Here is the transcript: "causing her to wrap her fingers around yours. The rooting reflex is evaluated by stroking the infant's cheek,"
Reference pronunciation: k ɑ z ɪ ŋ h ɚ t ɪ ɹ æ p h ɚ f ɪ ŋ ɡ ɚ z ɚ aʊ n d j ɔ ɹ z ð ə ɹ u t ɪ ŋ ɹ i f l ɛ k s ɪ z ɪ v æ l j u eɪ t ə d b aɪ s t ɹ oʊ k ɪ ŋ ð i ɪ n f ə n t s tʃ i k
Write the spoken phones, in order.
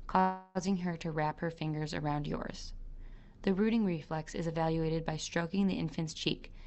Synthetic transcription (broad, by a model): k ɑ z ɪ ŋ ɚ t ɪ ɹ æ p h ɚ f ɪ ŋ ɡ ɚ z ɚ aʊ n d j ɔ ɹ z ð ə ɹ u t ɪ ŋ ɹ i f l ɛ k s ɪ z ɪ v æ l j u eɪ t ə d b aɪ s t ɹ oʊ k ɪ ŋ ð i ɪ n f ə n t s tʃ i k